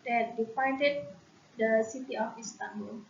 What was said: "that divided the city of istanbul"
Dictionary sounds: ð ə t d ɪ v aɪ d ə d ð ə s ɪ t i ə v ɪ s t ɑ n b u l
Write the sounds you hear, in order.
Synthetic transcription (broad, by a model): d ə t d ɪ f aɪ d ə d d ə s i t i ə f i s t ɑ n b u l